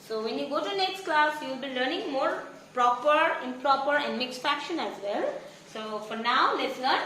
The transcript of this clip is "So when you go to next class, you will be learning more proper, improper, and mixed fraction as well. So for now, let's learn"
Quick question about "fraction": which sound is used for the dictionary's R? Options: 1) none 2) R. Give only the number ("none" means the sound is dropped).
1